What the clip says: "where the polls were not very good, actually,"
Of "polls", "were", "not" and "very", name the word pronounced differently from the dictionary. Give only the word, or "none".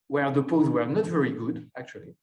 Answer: polls